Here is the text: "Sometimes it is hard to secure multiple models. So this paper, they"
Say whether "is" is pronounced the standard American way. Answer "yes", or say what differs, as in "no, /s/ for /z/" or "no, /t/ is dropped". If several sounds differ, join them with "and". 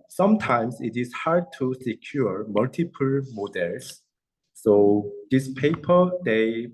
no, /s/ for /z/